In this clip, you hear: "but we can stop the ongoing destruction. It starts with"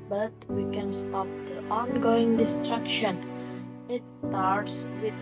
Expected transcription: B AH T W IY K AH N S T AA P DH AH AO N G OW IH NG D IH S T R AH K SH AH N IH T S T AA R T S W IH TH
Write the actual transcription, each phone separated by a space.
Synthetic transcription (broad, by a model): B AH T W IY K AH N S T AA P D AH AO N G OW IH NG D IH S T R AH K SH AH N IH T S T AA R T S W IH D